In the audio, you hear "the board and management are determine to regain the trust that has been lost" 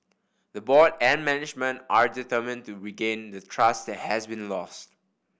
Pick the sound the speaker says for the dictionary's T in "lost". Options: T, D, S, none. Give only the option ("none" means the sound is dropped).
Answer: T